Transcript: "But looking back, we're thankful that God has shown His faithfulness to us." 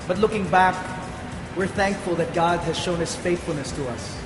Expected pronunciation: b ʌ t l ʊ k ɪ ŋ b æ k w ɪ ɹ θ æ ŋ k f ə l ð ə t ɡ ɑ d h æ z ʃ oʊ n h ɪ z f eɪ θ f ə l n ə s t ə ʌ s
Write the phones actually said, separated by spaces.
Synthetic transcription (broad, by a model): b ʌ t l ʊ k ɪ ŋ b æ k w ɪ ɹ θ æ ŋ k f ə l ð ə t ɡ ɑ d h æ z ʃ oʊ n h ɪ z f eɪ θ f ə l n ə s t ə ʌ s